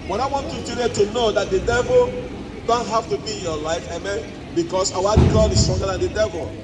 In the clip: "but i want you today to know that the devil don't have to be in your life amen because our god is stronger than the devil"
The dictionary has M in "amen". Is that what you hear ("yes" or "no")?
yes